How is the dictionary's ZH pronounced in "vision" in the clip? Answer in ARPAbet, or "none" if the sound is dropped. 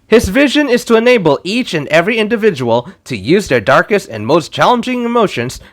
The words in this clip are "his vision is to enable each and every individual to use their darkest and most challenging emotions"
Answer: ZH